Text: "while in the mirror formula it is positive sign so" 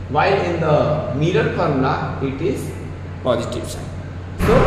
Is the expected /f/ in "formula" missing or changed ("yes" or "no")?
yes